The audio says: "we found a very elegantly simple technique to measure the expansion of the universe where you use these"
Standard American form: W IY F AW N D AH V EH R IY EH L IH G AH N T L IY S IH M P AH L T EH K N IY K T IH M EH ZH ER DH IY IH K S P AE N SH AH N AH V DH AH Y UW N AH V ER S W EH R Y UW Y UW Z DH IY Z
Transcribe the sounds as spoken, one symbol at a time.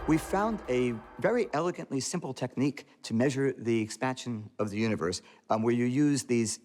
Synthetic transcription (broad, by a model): W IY F AW N D AH V EH R IY EH L IH G AH N T L IY S IH M P L T EH K N IY K T IH M EH ZH ER DH IY IH K S P AE N SH AH N AH V DH AH Y UW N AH V ER S W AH R Y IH Y UW Z DH IY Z